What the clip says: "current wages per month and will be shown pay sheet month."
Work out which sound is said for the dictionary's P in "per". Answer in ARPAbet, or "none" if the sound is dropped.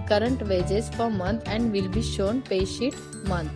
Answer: F